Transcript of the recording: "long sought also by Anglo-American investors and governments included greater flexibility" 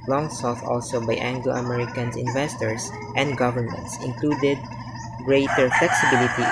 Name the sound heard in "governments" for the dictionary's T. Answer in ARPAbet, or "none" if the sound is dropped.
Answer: T